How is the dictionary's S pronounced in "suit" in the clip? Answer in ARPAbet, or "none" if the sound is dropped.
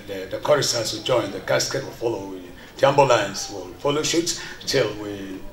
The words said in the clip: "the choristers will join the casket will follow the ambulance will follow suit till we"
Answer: SH